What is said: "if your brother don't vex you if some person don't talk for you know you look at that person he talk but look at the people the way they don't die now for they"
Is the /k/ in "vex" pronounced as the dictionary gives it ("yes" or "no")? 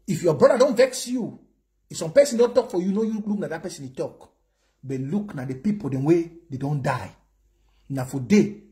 yes